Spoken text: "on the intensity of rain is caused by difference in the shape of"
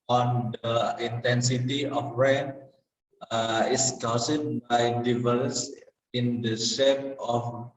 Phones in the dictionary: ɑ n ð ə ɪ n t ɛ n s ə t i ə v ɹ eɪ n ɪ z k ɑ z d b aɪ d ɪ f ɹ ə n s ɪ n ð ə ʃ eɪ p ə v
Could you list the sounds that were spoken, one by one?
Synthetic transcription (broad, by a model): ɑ n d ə ɪ n t ɛ n s ə t i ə f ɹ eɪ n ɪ s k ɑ s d b aɪ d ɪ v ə l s ɪ n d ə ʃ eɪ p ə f